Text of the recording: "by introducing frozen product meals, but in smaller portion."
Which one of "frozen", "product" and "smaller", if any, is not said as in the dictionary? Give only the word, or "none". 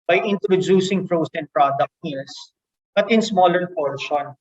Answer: frozen